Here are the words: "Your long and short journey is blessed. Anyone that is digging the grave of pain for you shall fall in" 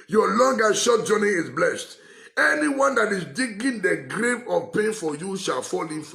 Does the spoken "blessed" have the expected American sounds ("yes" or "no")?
yes